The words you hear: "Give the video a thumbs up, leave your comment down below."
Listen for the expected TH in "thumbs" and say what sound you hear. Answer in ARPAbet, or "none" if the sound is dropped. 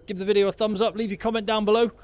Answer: TH